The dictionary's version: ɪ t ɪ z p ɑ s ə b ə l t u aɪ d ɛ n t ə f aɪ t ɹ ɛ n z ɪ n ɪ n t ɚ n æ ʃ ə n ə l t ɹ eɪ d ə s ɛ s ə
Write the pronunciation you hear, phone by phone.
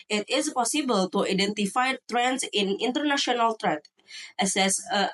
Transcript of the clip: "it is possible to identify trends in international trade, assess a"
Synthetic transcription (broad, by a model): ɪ t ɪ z p ɑ s ə b ə l t u aɪ d ɛ n t ə f aɪ t ɹ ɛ n s ɪ n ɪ n t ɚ n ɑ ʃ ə n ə l t ɹ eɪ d ə s ɛ s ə